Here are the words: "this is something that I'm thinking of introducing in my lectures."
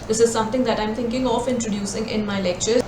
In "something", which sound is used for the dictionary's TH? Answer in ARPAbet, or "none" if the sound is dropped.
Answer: T